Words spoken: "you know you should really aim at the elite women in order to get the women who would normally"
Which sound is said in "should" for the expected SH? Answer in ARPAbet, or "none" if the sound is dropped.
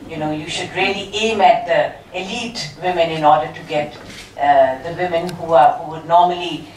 SH